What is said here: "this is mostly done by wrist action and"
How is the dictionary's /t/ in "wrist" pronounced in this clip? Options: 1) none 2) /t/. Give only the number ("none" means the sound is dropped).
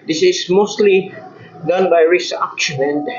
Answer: 1